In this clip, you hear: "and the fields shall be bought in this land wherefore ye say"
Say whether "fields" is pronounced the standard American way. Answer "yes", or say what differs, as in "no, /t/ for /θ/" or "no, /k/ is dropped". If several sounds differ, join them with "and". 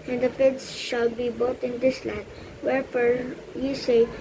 no, /l/ is dropped